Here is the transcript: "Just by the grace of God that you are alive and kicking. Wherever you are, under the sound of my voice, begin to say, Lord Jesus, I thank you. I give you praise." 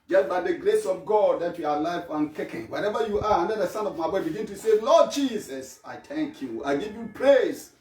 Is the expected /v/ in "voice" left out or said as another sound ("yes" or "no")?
yes